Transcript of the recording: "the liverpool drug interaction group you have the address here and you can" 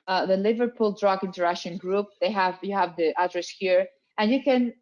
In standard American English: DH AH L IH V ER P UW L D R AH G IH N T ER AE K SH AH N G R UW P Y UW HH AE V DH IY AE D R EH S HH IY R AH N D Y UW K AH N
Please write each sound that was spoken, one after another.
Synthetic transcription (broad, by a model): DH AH L IH V ER P UW L D R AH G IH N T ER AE SH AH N G R UW P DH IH HH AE V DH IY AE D R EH S HH IY R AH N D Y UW K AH N